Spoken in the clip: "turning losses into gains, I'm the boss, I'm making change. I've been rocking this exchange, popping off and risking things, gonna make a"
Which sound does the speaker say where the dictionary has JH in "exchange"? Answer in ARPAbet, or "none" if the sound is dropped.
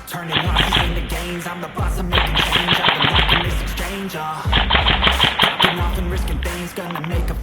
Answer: JH